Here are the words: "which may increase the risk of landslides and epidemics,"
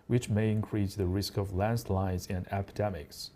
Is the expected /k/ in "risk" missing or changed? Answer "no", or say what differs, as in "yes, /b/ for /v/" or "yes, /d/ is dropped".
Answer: no